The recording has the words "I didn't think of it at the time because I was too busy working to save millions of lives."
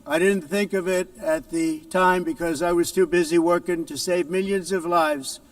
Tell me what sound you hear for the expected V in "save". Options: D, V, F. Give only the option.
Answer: V